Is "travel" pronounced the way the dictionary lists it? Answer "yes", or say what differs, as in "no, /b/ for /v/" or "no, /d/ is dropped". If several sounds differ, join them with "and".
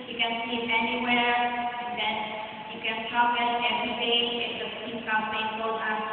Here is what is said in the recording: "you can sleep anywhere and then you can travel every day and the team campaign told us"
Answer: no, /ɹ/ is dropped